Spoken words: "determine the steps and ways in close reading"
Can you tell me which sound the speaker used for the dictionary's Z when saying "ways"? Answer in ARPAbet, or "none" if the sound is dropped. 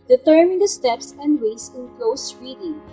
S